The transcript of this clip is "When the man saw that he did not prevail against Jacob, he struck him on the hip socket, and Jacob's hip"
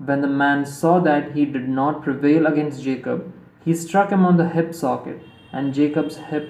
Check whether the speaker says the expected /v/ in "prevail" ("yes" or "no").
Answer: yes